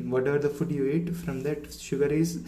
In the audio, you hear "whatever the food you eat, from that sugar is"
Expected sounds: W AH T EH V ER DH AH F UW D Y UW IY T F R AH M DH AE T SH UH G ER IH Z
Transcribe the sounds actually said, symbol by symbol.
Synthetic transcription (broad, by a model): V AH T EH V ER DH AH F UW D Y UW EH T F R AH M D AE T SH UH G ER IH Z